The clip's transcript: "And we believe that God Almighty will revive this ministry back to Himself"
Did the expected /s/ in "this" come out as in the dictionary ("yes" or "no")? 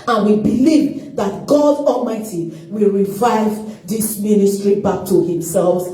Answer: yes